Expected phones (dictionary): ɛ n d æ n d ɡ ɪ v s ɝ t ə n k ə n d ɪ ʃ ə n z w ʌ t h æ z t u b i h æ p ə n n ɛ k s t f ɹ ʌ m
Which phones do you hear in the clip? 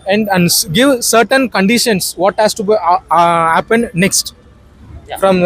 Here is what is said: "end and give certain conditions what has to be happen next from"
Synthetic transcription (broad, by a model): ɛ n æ n d ɡ ɪ v s ɝ t ə n k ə n d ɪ ʃ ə n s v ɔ t h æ s t u b i h æ p ə n n ɛ k s t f ɹ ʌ m